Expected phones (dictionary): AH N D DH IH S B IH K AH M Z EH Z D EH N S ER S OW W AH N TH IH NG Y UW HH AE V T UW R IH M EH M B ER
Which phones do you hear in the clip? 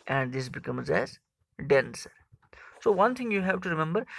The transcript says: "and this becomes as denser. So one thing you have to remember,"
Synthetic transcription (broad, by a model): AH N D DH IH S B IH K AH M Z EH Z D EH N S ER S OW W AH N T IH NG Y UW HH AE V T UW R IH M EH M B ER